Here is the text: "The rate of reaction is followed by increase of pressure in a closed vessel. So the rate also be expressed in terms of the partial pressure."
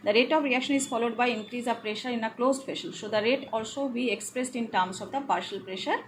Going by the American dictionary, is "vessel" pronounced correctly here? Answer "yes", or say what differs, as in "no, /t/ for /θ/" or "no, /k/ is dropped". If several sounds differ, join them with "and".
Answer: no, /f/ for /v/ and /ʃ/ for /s/